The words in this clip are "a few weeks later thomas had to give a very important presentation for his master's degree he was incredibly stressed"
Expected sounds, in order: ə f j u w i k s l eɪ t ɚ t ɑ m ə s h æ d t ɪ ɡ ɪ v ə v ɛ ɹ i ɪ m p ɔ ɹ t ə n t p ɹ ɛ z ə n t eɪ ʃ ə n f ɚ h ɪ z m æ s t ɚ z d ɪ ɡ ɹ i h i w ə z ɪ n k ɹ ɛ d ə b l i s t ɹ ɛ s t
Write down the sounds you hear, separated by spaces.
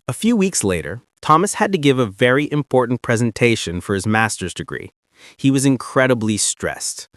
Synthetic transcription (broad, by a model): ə f j u w i k s l eɪ t ɚ t ɑ m ə s h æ d t ɪ ɡ ɪ v ə v ɛ ɹ i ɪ m p ɔ ɹ t n p ɹ ɛ z ə n t eɪ ʃ ə n f ɚ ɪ z m æ s t ɚ z d ɪ ɡ ɹ i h i w ə z ɪ n k ɹ ɛ d ə b l i s t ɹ ɛ s t